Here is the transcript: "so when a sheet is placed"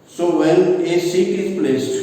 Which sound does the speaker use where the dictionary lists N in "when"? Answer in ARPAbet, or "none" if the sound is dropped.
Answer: L